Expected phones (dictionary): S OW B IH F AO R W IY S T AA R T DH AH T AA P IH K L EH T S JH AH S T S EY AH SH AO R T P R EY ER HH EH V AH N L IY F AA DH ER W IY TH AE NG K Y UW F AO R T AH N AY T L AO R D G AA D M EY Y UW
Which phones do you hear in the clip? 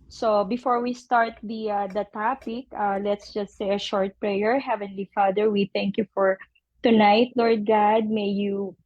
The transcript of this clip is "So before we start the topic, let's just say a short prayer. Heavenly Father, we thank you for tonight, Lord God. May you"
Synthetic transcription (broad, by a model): S OW B IH F AO R W IY S T AA R T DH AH T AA P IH K L EH T S JH AH S T S EY AH SH AO R T P R EY ER HH EH V AH N L IY F AA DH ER W IY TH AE NG K Y UW F AO R T AH N AY T L AO R D G AA D M EY Y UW